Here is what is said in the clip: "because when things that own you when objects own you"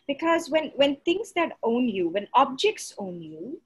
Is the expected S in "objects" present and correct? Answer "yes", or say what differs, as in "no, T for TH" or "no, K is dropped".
yes